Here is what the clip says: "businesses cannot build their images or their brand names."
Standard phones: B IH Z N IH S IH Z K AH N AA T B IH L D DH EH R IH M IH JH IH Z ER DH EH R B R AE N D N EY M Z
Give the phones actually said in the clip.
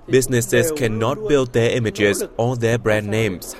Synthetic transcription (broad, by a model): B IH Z N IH S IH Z K AH N AA T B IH L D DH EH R IH M IH JH IH Z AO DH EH B R AE N D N EY M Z